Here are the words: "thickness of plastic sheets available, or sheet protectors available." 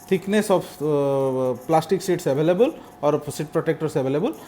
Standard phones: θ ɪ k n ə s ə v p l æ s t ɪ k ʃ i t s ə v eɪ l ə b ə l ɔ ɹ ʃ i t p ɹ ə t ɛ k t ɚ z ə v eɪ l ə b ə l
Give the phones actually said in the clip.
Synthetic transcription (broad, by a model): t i k n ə s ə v p l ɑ s t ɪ k s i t s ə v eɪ l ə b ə l ɔ ɹ s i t p ɹ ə t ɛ k t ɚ s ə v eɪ l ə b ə l